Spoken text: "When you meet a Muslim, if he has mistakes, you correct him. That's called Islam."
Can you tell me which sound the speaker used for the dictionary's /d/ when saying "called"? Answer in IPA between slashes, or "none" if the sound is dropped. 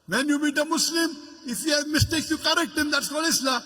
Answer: none